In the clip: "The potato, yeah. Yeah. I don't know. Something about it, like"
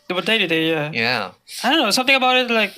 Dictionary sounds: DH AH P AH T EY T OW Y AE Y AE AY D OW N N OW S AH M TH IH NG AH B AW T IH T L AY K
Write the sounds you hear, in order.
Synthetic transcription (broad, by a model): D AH B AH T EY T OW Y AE Y AE AY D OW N N OW S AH M T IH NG AH B AW T IH T L AY K